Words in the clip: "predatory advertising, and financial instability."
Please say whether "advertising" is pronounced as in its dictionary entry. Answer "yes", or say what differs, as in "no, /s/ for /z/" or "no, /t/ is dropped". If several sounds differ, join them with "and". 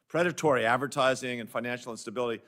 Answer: yes